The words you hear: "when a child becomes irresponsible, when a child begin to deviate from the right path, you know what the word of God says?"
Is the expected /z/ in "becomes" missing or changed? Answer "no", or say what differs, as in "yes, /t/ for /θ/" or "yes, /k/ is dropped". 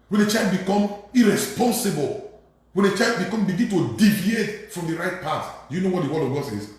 yes, /z/ is dropped